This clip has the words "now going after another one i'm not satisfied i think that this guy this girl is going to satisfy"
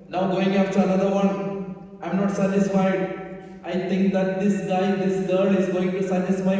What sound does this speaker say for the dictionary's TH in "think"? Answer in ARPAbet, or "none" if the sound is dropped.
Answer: T